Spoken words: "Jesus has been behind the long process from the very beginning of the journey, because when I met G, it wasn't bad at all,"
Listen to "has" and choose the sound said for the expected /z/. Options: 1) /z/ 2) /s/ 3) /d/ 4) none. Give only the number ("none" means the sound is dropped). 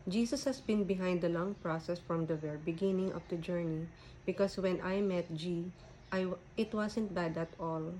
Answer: 2